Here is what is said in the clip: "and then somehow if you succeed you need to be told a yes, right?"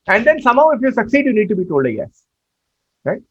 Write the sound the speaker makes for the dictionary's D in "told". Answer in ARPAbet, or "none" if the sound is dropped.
D